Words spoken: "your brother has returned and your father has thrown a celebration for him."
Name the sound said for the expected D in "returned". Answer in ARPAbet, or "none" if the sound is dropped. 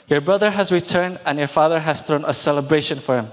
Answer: D